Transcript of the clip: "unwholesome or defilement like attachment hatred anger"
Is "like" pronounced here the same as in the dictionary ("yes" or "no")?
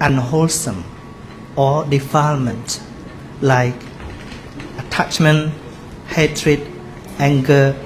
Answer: yes